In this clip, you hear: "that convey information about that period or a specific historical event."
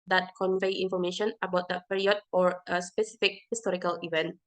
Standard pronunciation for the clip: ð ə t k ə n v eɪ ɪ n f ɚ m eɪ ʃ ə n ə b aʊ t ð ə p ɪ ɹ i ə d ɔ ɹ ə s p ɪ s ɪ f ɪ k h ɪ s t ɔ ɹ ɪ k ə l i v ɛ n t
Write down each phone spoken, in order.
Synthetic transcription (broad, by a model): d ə t k ə n v eɪ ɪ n f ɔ m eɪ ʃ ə n ə b aʊ t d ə p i ɹ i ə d ɔ ɹ ə s p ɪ s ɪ f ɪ k h ɪ s t ɔ ɹ ɪ k ə l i v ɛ n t